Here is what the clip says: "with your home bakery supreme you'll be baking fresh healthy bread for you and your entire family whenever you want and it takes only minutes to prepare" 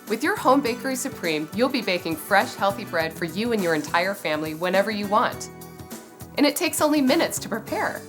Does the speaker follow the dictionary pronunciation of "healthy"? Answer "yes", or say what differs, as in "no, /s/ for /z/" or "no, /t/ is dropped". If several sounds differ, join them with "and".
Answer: yes